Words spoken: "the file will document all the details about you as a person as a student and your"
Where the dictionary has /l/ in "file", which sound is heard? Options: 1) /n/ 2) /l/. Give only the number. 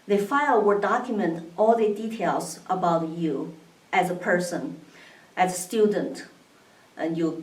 2